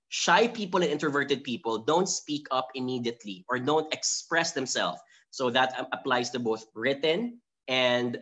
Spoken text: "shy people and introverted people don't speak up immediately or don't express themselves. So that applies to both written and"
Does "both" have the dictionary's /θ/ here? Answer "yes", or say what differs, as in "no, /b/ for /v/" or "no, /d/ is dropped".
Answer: yes